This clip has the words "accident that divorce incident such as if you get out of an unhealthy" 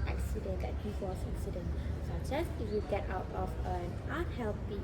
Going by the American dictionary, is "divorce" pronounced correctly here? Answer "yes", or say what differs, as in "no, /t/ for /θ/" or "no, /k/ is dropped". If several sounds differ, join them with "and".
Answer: no, /w/ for /v/